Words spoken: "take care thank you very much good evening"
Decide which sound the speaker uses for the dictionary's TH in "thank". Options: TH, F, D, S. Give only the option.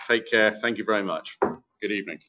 TH